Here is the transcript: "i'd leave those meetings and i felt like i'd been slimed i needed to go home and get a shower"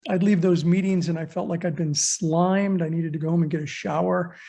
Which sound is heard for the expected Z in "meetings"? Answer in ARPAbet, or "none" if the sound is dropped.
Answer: Z